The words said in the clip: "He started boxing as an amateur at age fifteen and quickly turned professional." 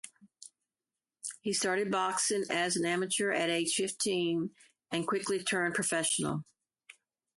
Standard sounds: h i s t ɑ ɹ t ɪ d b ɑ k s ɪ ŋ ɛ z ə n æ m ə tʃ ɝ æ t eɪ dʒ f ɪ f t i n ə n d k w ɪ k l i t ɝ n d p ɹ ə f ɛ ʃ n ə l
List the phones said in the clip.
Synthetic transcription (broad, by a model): h i s t ɑ ɹ t ɪ d b ɑ k s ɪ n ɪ z ə n æ m ə tʃ ɝ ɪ t eɪ tʃ f ɪ f t i n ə n k w ɪ k l i t ɝ n p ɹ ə f ɛ ʃ n l